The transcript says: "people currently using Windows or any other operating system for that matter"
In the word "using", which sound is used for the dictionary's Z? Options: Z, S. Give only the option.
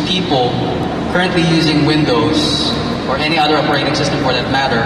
Z